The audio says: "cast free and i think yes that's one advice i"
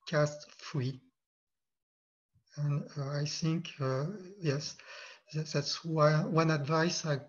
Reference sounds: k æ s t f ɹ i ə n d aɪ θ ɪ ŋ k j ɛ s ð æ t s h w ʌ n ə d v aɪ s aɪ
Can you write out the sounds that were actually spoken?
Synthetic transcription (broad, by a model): k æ s t f ɹ i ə n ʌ aɪ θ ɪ ŋ k j ɛ s ð æ t s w w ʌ n ə d v aɪ s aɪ